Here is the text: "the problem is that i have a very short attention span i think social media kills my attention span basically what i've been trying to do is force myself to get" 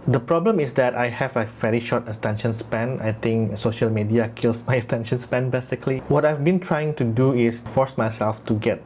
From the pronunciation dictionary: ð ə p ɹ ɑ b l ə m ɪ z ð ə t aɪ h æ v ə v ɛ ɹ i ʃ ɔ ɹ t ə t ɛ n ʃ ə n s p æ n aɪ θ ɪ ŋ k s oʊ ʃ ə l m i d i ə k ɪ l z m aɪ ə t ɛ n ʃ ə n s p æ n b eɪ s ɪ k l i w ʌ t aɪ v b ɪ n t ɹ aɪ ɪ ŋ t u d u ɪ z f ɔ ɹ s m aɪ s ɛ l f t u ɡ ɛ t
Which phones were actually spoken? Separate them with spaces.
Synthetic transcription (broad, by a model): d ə p ɹ ɑ b l ə m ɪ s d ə t aɪ h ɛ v ə v ɛ ɹ i ʃ ɔ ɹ t ə t ɛ n ʃ ə n s p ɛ n aɪ t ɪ ŋ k s oʊ ʃ ə l m i d i ə k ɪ l s m aɪ ə t ɛ n ʃ ə n s p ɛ n b eɪ s ɪ k l i w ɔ t aɪ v b ɪ n t ɹ aɪ ɪ ŋ t u d u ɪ s f ɔ ɹ s m aɪ s ɛ l f t u ɡ ɛ t